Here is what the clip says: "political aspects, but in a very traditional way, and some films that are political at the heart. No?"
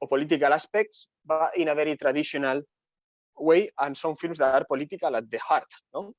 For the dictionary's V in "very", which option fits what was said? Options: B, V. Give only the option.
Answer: B